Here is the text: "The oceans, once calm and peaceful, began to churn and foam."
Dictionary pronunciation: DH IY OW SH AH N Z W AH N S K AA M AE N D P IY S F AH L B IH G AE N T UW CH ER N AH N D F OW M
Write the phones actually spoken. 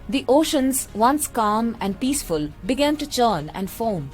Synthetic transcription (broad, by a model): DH IY OW SH AH N Z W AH N S K AA M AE N D P IY S F AH L B IH G AE N T UW CH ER N AH N D F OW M